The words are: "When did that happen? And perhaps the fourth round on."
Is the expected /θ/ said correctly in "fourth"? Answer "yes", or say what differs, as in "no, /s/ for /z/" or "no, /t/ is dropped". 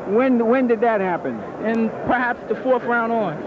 no, /f/ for /θ/